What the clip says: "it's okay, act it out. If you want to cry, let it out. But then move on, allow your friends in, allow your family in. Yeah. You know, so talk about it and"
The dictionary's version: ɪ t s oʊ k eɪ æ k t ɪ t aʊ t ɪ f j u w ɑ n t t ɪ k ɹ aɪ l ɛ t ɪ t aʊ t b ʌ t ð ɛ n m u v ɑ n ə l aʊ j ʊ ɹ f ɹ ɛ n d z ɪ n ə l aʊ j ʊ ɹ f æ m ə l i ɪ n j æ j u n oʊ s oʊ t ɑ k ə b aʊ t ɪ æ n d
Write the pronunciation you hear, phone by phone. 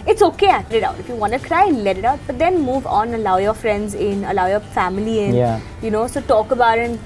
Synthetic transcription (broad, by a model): ɪ t s oʊ k eɪ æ t ɪ t aʊ t ɪ f j u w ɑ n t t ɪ k ɹ aɪ l ɛ t ɪ t aʊ t b ʌ t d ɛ n m u v ɑ n ə l aʊ j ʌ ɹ f ɹ ɛ n d z ɪ n ə l aʊ j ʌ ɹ f æ m ə l i ɪ n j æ j u n oʊ s oʊ t ɑ k ə b aʊ t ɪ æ n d